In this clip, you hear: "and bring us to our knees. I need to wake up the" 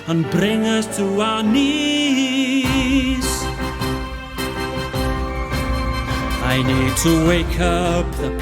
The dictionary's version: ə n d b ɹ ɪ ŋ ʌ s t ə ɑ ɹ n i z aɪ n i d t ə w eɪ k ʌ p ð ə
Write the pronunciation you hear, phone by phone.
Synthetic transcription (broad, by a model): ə n b ɹ ɪ ŋ ʌ s t ə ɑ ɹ n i s aɪ n i d t ə w eɪ k ʌ p ð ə